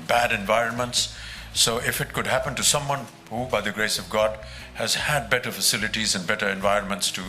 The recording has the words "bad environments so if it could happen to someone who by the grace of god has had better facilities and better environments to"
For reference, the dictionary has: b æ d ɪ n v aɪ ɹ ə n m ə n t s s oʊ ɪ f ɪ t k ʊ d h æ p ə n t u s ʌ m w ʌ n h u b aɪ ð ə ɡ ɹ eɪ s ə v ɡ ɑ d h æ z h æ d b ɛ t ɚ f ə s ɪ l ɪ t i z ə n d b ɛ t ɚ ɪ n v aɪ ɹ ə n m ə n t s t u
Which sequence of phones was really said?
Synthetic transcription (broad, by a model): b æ d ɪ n v aɪ ɹ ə n m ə n t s s oʊ ɪ f ɪ t k ʊ d h æ p ə n t u s ʌ m w ʌ n h u b aɪ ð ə ɡ ɹ eɪ s ə v ɡ ɑ d h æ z h æ d b ɛ t ɚ f ə s ɪ l ɪ t i z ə n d b ɛ t ɚ ɪ n v aɪ ɹ ə n m ə n t s t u